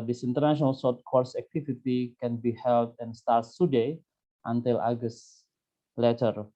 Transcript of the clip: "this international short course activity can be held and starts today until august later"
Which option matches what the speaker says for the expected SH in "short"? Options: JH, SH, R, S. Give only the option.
S